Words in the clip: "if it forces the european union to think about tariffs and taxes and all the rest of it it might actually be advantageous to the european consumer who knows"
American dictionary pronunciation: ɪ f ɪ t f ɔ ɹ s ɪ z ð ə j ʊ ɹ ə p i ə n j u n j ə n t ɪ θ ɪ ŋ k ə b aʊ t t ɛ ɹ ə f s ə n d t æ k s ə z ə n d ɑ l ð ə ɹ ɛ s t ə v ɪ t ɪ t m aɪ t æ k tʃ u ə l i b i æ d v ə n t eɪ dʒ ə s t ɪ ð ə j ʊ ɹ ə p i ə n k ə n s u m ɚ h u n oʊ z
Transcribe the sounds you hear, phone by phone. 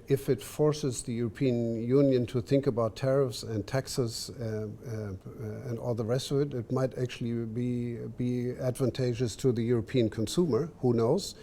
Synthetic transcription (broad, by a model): ɪ f ɪ t f ɔ ɹ s ɪ z ð ə j ʊ ɹ ə p i ə n j u n j ə n t ɪ θ ɪ ŋ k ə b aʊ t t ɛ ɹ ə f s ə n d t æ k s ə z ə n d ɑ l ð ə ɹ ɛ s t ə v ɪ t ɪ t m aɪ t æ k tʃ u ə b i b i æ d v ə n t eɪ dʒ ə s t ɪ ð ə j ʊ ɹ ə p i ə n k ə n s u m ɚ h u n oʊ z